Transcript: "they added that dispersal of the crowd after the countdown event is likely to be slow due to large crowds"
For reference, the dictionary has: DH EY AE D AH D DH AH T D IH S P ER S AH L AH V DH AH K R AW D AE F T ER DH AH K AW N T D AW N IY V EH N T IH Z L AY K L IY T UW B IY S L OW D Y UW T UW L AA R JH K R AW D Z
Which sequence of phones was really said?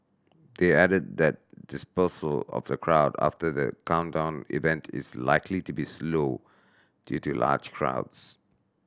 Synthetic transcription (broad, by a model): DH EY AE D AH D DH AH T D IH S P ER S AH L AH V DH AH K R AW D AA F T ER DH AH K AW N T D AW N IY V EH N T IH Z L AY K L IY T UW B IY S L OW D Y UW T UW L AA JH K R AW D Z